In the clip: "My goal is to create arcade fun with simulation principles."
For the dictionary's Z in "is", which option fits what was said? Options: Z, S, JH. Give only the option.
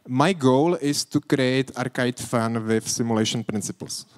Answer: S